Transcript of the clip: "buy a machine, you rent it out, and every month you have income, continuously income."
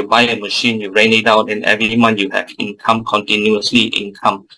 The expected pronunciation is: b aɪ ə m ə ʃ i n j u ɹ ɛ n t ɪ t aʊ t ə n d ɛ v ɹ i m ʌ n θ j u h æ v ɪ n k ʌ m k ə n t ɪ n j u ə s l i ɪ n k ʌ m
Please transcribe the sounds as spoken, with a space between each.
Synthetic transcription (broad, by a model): b aɪ ə m ə ʃ i n j u ɹ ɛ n ɪ t aʊ t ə n ɛ v ɹ i m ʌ n j u h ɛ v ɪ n k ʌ m k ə n t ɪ n j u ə s l i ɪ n k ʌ m